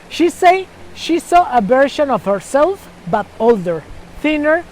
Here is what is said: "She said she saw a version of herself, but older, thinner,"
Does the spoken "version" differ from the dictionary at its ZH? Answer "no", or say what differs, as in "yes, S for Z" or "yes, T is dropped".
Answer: yes, SH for ZH